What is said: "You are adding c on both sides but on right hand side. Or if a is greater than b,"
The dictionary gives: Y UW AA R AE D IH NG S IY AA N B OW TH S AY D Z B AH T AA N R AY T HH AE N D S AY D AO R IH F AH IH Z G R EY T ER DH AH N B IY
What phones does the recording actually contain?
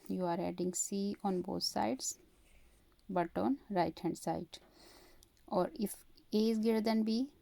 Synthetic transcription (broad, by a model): Y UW AA R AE D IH NG S IY AA N B OW T S AY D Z B AH T AA N R AY T HH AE N D S AY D AO R IH F AH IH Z G EY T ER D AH N B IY